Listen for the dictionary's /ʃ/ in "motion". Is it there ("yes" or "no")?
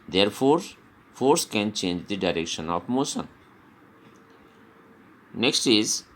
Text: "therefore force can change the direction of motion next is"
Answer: no